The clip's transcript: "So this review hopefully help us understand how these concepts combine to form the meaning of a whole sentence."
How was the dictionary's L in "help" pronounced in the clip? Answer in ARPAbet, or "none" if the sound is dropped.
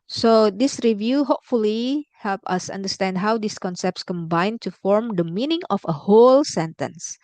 L